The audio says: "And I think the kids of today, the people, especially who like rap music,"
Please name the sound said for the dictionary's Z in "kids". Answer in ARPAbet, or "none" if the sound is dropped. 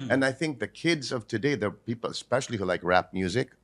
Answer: Z